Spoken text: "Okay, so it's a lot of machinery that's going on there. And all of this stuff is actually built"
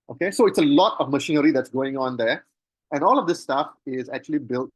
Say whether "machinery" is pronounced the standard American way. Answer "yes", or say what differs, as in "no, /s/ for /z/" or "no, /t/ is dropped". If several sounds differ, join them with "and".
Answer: yes